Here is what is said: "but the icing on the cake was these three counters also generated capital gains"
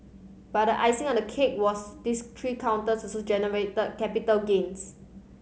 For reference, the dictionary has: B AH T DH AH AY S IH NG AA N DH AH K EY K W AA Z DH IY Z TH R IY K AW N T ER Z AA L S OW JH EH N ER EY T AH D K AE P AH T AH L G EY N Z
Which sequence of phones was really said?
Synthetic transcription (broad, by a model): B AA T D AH AY S IH NG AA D AH K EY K W AA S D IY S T R IY K AW N T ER S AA S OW JH EH N ER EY T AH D K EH P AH T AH L G EY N S